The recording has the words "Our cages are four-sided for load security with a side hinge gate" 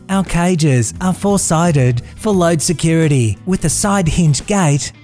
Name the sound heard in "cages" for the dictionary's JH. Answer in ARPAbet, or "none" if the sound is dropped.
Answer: JH